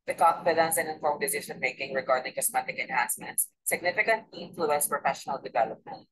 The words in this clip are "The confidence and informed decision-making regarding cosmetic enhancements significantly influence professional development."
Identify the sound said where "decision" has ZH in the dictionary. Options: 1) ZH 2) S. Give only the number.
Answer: 2